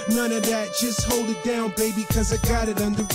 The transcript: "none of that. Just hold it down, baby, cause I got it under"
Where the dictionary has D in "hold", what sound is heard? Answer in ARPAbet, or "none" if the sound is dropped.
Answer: D